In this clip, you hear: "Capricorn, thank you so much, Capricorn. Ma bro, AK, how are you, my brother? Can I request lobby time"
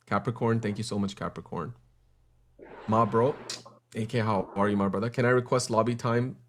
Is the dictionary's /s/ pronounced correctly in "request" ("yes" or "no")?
yes